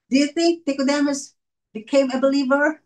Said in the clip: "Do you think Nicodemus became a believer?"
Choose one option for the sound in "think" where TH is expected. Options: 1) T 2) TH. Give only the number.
2